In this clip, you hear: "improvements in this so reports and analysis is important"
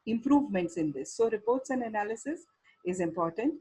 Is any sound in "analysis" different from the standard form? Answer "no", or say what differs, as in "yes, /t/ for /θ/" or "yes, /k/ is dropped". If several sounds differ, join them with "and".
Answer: no